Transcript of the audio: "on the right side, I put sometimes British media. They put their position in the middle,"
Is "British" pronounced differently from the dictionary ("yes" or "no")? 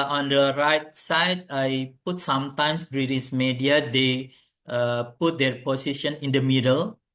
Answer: yes